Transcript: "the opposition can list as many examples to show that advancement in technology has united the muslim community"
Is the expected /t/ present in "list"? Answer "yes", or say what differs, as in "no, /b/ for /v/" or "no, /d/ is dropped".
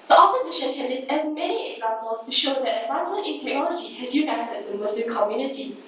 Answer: no, /t/ is dropped